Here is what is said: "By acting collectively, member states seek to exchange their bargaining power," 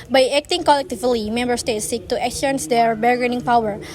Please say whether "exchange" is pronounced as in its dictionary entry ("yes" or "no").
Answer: no